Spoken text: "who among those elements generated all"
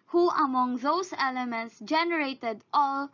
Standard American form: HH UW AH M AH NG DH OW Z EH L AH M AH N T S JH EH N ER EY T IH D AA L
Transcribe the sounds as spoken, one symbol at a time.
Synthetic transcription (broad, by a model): HH UW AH M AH NG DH OW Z EH L AH M AH N T S JH EH N ER EY T IH D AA L